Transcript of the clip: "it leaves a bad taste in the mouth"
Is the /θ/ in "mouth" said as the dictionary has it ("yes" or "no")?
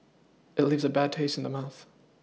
yes